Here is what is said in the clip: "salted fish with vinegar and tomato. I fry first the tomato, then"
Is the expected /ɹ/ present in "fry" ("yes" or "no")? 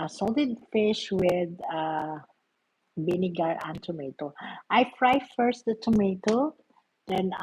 yes